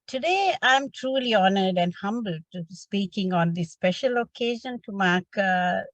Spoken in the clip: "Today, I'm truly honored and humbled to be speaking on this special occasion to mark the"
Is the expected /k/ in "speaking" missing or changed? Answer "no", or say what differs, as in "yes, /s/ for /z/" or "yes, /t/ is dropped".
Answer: no